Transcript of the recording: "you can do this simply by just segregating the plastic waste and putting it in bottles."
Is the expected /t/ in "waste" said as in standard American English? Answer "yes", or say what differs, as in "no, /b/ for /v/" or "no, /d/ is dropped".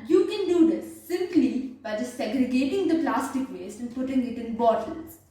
no, /t/ is dropped